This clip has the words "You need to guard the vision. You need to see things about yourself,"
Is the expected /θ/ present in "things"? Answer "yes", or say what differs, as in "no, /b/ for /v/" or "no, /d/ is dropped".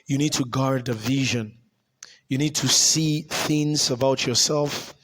yes